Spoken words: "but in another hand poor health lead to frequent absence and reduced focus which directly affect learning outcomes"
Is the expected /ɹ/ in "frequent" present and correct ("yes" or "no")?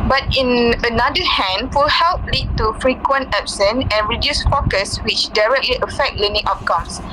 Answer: yes